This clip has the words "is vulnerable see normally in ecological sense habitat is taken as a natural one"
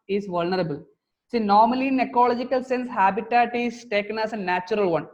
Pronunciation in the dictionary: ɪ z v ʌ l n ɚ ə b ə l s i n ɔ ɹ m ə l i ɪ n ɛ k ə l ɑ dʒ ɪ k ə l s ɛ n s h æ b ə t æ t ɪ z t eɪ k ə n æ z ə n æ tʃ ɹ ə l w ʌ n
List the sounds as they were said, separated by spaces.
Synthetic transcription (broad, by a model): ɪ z v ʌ l n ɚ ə b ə l s i n ɔ ɹ m ə l i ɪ n ɛ k ə l ɑ dʒ ɪ k ə l s ɛ n s h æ b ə t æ t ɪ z t eɪ k ə n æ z ə n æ tʃ ɹ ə l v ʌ n